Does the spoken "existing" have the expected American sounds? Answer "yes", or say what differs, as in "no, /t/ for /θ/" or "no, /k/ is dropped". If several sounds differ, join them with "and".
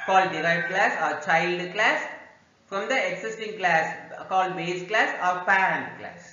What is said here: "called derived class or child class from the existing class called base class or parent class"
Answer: no, /s/ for /z/